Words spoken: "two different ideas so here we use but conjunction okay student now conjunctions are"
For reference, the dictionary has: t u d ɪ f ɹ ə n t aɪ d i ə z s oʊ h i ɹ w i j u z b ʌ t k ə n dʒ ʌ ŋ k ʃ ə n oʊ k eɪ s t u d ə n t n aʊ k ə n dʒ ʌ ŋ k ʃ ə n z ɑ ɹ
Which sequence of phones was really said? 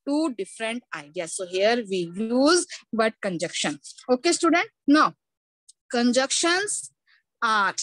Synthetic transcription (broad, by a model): t u d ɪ f ɹ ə n t aɪ d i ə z s oʊ h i ɹ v i j u z b ʌ t k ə n dʒ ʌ k ʃ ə n oʊ k eɪ s t u d ə n t n aʊ k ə n dʒ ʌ k ʃ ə n s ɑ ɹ